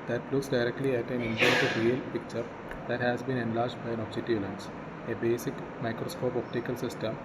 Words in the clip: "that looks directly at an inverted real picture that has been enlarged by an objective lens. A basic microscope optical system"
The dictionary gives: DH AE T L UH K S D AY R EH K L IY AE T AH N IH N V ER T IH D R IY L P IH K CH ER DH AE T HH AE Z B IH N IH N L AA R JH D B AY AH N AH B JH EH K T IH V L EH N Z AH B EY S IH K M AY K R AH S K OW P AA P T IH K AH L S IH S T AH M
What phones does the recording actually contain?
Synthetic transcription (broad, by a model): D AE T L UH K S D AY R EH K L IY AE T AH N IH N P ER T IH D R IY L P IH K CH ER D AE T HH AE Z B IH N IH N L AA R JH D B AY AH N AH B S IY T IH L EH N S AH B EY S IH K M AY K R AH S K OW P AA P T IH K AH L S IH S T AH M